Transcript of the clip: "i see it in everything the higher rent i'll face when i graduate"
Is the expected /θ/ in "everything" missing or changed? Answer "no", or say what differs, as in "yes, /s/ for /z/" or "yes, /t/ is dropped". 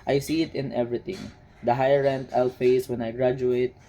yes, /t/ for /θ/